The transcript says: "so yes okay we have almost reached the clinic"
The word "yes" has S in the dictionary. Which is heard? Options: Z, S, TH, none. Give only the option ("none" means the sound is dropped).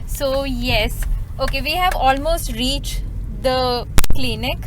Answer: S